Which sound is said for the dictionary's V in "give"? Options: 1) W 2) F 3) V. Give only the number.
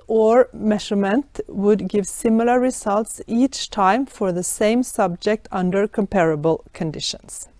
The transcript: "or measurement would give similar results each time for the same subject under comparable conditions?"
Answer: 3